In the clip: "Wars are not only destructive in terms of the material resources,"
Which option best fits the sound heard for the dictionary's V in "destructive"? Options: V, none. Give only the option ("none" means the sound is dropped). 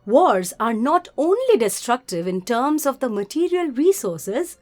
V